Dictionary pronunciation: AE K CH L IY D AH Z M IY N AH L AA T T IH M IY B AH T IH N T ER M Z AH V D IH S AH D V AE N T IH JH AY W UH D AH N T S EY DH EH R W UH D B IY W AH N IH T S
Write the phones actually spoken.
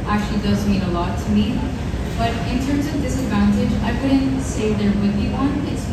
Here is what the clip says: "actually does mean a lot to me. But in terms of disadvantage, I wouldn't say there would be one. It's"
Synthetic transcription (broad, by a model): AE K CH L IY D AH Z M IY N AH L AA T T IH M IY B AH T IH N T ER M Z AH V D IH S AH D V AE N T IH JH AY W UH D N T S EY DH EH R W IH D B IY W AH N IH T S